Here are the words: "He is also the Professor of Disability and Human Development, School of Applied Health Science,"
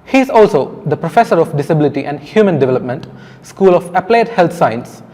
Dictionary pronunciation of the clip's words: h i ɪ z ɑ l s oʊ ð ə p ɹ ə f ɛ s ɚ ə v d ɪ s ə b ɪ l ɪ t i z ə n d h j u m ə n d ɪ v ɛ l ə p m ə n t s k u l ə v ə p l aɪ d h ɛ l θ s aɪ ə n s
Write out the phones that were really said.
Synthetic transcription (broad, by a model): h i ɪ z ɑ l s oʊ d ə p ɹ ə f ɛ s ɚ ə f d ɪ s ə b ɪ l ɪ t i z ə n d h j u m ə n d ɪ v ɛ l ə p m ə n t s k u l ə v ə p l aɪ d h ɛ l t s aɪ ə n s